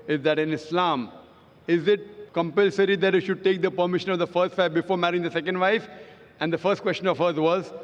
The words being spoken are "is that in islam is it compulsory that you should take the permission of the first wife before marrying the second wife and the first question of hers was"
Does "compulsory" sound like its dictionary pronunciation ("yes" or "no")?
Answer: yes